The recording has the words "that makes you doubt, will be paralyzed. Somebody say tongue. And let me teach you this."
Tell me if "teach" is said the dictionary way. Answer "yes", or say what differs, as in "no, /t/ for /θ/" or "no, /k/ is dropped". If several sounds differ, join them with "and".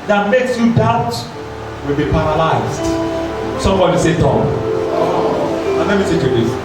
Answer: no, /s/ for /t/